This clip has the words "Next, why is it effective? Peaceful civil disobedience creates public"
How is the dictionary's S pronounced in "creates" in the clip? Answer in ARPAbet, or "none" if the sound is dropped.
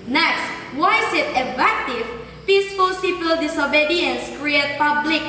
none